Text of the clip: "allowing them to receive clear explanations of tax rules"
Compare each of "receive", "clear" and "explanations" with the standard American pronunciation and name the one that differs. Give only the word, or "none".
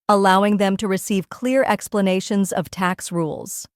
none